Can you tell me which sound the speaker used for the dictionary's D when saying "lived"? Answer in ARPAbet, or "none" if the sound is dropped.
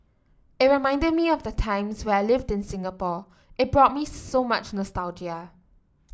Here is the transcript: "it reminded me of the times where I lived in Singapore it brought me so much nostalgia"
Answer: D